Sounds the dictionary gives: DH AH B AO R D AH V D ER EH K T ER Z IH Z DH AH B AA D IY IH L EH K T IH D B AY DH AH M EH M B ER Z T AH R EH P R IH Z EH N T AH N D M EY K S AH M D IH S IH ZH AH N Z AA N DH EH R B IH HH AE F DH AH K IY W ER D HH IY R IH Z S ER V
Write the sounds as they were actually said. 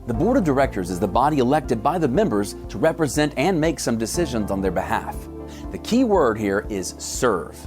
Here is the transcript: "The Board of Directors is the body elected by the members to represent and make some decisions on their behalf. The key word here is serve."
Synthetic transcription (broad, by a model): DH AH B AO R D AH V D ER EH K T ER Z IH Z DH AH B AA D IY IH L EH K T IH D B AY DH AH M EH M B ER Z T AH R EH P R IH Z EH N T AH N M EY K S AH M D IH S IH ZH AH N Z N DH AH R B IH HH AE F DH AH K IY W ER D HH IY R IH Z S ER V